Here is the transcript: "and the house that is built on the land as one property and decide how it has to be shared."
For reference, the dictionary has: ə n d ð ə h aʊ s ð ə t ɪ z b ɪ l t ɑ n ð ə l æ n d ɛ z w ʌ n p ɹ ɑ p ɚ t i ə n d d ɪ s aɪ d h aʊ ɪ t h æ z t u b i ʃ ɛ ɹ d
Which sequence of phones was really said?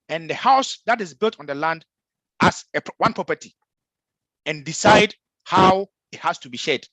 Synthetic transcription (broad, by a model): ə n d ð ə h aʊ s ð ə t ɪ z b ɪ l t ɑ n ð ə l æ n d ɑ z w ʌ n p ɹ ɑ p ɚ t i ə n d d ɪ s aɪ d h aʊ ɪ t h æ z t u b i ʃ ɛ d